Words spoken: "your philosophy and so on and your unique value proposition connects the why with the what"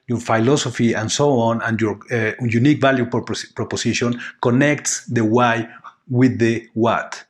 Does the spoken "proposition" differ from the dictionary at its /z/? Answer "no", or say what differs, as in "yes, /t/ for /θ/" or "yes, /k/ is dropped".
yes, /s/ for /z/